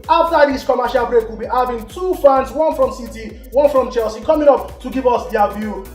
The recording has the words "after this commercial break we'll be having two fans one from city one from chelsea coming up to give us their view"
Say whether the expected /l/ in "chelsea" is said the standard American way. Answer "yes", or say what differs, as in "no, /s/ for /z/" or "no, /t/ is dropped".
yes